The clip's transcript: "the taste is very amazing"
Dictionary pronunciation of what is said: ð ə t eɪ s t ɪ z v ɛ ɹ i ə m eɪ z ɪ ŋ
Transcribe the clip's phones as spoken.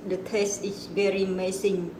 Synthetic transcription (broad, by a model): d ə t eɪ s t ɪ s v ɛ ɹ i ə m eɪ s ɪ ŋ